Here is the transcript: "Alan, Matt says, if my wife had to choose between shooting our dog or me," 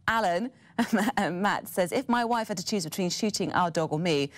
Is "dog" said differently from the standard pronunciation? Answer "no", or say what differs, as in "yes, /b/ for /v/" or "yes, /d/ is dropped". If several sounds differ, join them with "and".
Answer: no